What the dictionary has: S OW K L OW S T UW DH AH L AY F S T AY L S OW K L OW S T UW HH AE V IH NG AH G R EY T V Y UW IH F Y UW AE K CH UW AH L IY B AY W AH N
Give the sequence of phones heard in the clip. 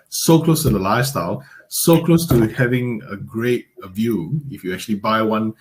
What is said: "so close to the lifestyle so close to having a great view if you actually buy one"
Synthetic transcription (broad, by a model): S OW K L OW S T UW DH AH L AY F S T AY L S OW K L OW S T UW HH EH V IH NG AH G R EY T V Y UW IH F Y UW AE K CH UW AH L IY B AY W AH N